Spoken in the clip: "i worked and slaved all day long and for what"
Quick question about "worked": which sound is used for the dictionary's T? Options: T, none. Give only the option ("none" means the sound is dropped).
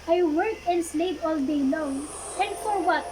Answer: none